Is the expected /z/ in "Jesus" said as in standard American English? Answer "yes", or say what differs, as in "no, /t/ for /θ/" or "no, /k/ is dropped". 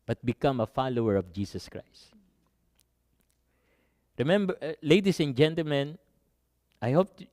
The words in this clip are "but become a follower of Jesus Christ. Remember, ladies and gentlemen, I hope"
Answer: no, /s/ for /z/